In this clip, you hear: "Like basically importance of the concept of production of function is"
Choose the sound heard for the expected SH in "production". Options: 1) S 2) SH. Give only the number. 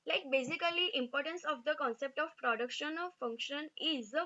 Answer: 2